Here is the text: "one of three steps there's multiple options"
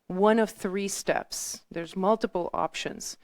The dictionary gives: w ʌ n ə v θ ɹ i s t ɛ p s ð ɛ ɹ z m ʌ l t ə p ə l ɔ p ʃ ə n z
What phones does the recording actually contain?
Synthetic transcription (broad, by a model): w ʌ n ə v θ ɹ i s t ɛ p s ð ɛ ɹ z m ʌ l t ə p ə l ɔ p ʃ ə n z